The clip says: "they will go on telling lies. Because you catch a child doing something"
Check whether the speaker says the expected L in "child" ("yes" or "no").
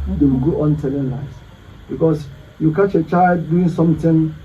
yes